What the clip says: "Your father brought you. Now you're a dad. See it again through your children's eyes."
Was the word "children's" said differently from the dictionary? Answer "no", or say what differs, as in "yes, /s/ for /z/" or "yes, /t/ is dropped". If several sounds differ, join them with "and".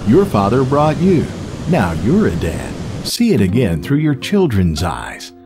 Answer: no